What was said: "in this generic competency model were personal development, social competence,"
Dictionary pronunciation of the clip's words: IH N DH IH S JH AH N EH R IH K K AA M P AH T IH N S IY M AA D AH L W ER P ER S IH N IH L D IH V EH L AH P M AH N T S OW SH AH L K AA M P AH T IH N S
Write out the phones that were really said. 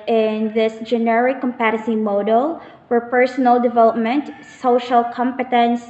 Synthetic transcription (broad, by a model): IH N DH IH S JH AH N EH R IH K K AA M P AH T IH S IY M AA D AH L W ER P ER S IH N IH L D IH V EH L AH P M AH N T S OW SH AH L K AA M P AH T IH N S